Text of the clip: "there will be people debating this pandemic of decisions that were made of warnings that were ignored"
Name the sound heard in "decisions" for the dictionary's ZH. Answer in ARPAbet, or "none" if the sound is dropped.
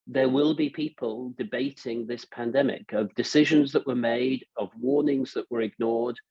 ZH